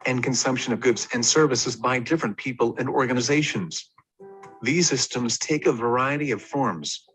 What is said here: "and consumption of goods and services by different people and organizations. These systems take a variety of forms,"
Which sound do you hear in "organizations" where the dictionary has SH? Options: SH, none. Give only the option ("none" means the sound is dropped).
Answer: SH